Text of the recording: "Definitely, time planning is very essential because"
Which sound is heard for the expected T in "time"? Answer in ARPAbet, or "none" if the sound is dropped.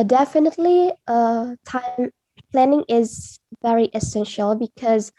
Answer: T